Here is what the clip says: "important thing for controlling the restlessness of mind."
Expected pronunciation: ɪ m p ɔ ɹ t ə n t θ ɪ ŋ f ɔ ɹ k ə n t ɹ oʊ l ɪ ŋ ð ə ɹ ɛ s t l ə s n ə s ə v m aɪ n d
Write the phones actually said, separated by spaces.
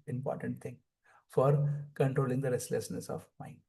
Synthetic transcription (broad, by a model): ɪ m p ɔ ɹ t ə n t t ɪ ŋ f ɔ ɹ k ə n t ɹ oʊ l ɪ ŋ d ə ɹ ɛ s t l ə s n ə s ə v m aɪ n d